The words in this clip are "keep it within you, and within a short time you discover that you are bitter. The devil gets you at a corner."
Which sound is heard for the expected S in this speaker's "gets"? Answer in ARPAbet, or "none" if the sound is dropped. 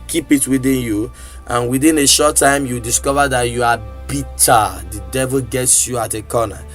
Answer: S